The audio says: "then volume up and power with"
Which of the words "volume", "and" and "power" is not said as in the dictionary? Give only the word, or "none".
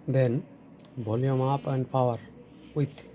volume